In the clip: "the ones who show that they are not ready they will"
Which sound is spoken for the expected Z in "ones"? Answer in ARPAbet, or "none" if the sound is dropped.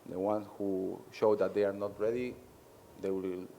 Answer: none